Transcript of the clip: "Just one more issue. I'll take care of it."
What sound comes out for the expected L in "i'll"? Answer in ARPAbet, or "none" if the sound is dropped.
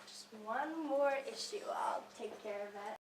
L